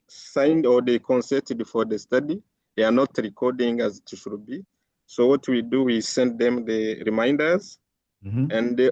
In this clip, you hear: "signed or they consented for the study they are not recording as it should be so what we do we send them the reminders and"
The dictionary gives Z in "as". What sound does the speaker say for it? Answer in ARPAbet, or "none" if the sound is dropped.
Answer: Z